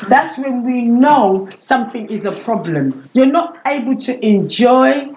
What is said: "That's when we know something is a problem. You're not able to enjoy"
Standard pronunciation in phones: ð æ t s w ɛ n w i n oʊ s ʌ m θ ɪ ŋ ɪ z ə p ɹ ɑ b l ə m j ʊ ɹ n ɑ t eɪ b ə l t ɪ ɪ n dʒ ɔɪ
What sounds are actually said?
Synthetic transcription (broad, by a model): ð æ t s w ɛ n w i n oʊ s ʌ m θ ɪ ŋ ɪ z ə p ɹ ɑ b l ə m j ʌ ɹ n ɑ t eɪ b ə l t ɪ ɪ n dʒ ɔɪ